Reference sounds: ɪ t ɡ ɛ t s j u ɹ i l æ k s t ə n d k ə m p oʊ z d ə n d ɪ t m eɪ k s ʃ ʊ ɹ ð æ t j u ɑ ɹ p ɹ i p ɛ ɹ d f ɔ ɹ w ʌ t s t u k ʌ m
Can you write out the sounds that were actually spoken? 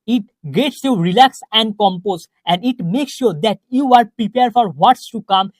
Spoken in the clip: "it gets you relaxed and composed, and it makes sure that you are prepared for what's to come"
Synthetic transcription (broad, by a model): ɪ t ɡ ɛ t s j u ɹ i l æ k s ə n d k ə m p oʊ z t ə n d ɪ t m eɪ k s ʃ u ɹ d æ t j u ɑ ɹ p ɹ i p ɛ ɹ d f ɔ ɹ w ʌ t s t u k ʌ m